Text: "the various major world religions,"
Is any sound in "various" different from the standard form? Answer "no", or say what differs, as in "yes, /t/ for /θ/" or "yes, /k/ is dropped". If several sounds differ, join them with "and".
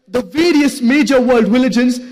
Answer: no